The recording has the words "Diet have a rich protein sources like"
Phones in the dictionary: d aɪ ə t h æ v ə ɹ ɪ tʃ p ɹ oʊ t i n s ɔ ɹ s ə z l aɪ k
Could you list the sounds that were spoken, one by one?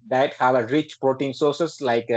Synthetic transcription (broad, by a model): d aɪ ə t h æ v ə ɹ ɪ tʃ p ɹ oʊ t i n s ɔ ɹ s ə s l aɪ k